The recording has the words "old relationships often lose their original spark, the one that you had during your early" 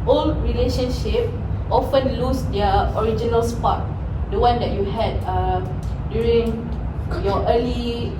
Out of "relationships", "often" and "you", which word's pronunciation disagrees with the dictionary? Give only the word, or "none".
relationships